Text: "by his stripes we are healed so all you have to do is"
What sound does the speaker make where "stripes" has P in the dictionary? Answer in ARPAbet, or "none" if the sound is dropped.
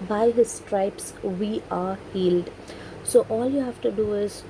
P